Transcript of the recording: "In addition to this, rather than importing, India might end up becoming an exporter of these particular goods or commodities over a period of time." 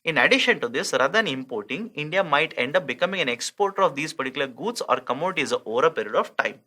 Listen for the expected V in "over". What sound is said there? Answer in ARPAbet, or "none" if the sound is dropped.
V